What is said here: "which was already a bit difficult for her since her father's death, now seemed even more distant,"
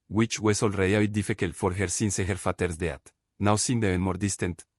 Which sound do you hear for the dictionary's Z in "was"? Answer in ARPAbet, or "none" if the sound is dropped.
S